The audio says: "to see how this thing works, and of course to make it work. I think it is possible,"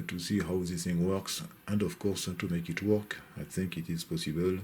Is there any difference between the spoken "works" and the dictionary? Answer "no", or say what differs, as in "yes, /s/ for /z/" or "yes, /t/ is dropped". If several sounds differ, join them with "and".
no